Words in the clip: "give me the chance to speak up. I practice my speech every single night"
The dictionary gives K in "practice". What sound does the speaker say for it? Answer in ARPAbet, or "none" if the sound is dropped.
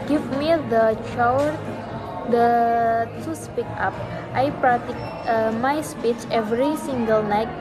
none